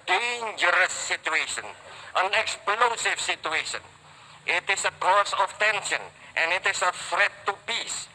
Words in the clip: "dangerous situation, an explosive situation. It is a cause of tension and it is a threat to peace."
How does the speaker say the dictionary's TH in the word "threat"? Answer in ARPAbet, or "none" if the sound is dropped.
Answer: F